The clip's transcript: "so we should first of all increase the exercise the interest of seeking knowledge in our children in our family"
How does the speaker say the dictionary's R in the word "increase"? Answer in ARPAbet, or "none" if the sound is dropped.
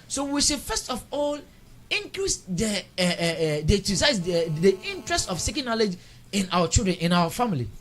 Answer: L